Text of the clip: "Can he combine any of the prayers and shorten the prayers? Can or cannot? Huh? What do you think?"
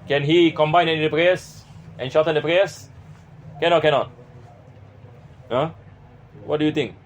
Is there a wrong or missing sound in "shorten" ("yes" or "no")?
yes